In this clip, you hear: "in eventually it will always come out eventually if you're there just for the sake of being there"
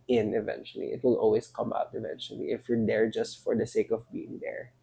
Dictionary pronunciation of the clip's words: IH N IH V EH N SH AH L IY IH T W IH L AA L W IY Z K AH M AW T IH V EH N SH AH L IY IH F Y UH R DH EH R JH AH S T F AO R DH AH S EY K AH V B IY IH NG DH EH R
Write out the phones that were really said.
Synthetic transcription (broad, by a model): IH N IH V EH N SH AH L IY IH T W IH L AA L W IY S K AH M AW T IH V EH N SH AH L IY IH F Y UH R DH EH R JH AH S T F AO R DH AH S EY K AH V B IY IH NG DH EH R